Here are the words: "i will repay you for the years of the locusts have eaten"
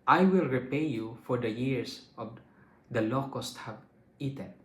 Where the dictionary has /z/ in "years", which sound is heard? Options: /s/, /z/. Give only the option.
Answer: /s/